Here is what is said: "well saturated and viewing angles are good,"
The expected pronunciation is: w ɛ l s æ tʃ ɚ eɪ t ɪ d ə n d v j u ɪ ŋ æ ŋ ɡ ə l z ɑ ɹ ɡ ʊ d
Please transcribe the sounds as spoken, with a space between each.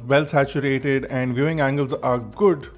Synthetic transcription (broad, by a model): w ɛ l s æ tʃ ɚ eɪ t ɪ d ə n d v j u ɪ ŋ æ ŋ ɡ ə l z ɑ ɹ ɡ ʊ d